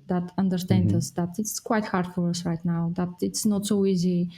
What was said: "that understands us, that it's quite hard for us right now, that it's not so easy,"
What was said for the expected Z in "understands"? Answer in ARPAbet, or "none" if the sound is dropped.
none